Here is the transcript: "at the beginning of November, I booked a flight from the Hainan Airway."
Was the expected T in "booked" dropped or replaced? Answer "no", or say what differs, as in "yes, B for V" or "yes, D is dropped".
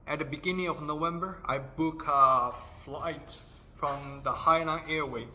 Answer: yes, T is dropped